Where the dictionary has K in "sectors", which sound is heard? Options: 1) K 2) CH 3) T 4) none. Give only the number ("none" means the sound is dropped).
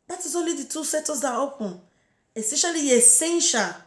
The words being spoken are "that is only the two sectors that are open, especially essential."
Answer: 4